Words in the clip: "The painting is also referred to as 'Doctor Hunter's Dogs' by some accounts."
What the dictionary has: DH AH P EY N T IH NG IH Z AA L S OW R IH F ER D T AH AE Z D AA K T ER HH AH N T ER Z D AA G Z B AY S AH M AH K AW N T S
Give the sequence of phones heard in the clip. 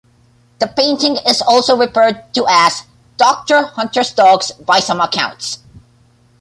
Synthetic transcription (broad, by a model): DH AH P EY N T IH NG IH Z AA L S OW R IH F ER D T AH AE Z D AA K T ER HH AH N T ER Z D AA G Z B AY S AH M AH K AW N T S